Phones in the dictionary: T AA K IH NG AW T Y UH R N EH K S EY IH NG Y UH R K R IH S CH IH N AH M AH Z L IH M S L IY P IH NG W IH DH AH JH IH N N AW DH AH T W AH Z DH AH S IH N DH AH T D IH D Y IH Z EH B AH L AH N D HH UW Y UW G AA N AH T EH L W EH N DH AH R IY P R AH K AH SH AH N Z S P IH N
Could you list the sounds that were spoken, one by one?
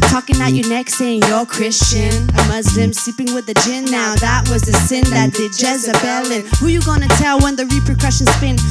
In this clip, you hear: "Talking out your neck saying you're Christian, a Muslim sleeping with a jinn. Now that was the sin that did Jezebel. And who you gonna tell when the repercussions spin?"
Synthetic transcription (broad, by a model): T AA K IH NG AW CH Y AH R N EH K S EY IH NG Y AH R K R IH S CH IH N AH M AH Z L IH M S L IY P IH NG W IH DH AH JH IH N N AW DH AH T W AH Z DH AH S IH N DH AH T D IH D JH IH Z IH B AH L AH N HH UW Y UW G AA N AH T EH L W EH N DH AH R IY P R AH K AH SH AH N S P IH N